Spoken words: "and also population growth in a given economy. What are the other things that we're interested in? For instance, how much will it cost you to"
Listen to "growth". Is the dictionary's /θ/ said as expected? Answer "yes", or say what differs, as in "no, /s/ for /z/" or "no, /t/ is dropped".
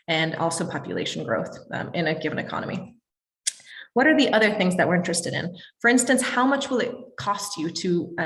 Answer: yes